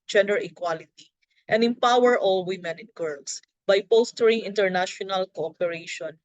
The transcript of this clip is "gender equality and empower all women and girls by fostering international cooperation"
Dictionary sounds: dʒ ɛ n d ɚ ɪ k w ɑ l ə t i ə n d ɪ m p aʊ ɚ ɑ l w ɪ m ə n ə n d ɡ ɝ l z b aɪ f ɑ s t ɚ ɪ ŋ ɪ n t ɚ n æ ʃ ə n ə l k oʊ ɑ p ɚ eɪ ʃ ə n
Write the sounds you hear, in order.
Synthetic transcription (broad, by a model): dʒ ɛ n d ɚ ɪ k w ɑ l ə t i ə n d ɪ m p aʊ ɚ ɑ l w ɪ m ə n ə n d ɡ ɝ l s b aɪ p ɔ s t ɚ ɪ ŋ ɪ n t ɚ n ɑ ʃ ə n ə l k oʊ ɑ p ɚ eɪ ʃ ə n